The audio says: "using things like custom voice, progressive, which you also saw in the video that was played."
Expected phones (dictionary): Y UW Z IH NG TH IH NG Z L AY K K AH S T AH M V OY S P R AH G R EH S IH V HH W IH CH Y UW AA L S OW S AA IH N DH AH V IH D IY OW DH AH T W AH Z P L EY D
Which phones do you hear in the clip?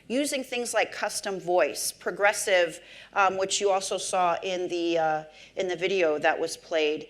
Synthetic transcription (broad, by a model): Y UW Z IH NG TH IH NG Z L AY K K AH S T AH M V OY S P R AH G R EH S IH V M W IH CH Y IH AA L S OW S AA IH N DH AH V IH D IY OW DH AH T W AH Z P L EY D